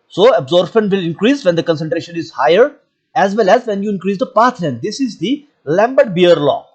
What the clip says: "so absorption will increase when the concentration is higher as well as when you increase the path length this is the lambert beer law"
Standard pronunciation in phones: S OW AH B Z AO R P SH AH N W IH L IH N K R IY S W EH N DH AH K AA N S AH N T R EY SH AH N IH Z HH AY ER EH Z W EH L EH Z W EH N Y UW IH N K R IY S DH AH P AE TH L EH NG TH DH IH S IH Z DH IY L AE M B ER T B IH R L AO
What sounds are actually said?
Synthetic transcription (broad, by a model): S OW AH B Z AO R B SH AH N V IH L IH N K R IY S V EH N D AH K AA N S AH N T R EY SH AH N IH Z HH AY ER EH Z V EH L EH Z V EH N Y UW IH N K R IY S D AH P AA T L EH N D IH S IH Z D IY L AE M B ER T B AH R L AO